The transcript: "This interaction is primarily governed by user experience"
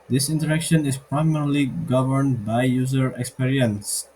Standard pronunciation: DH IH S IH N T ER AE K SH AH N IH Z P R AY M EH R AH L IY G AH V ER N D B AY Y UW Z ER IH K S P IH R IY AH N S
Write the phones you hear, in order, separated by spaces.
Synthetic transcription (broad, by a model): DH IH S IH N T ER AE K SH AH N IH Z P R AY M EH R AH L IY G AH V ER N D B AY Y UW Z ER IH K S P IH R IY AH N S